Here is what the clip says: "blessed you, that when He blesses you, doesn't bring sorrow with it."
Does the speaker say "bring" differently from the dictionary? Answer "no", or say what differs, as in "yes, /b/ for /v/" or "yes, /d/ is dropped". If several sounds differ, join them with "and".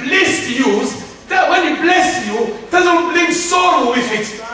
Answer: yes, /l/ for /ɹ/